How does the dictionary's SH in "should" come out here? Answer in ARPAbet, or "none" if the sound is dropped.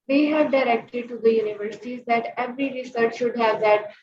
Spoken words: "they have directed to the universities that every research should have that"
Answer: SH